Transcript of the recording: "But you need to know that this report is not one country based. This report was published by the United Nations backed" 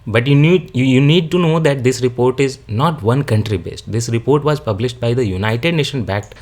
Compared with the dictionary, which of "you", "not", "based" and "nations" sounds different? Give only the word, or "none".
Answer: nations